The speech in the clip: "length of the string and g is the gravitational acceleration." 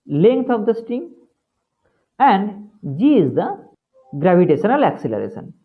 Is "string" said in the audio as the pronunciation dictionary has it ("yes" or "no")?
no